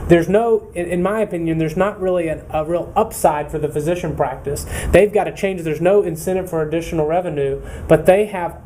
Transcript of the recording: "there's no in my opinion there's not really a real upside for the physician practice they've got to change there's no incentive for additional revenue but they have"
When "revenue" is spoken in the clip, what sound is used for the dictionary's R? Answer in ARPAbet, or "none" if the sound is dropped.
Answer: R